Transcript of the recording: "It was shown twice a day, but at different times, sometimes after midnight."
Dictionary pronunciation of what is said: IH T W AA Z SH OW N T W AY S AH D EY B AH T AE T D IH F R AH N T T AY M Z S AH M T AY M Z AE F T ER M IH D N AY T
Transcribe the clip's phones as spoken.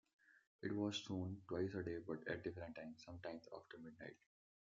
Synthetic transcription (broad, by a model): IH T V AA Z S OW N T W AY S AH D EY B AH T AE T D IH F R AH N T T AY M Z S AH M T AY M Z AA F T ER M IH D N AY T